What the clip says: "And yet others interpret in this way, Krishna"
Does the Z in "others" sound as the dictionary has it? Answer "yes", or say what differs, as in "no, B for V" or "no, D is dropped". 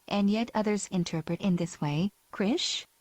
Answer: yes